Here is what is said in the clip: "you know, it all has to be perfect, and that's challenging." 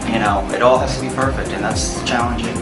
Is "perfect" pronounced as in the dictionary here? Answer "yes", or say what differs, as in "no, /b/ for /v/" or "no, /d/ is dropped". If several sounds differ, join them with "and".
yes